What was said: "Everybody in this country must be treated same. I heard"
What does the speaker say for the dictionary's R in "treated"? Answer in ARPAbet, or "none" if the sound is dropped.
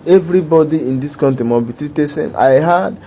none